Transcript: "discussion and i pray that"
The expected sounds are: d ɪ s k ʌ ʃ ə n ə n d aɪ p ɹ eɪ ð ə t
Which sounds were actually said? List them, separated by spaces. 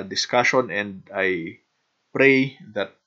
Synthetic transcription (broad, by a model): d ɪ s k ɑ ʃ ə n ə n d aɪ p ɹ eɪ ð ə t